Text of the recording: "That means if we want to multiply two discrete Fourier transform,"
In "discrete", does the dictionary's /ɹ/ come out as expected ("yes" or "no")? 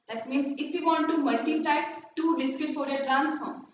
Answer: no